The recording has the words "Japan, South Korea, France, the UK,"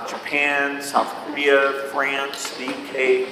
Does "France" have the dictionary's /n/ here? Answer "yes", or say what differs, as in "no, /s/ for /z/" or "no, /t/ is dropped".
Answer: yes